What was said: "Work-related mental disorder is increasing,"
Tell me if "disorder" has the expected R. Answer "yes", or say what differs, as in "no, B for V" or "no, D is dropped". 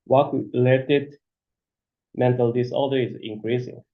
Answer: no, L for R